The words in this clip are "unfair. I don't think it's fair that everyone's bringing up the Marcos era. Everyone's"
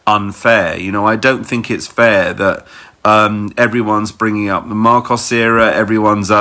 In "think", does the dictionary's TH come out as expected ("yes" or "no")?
yes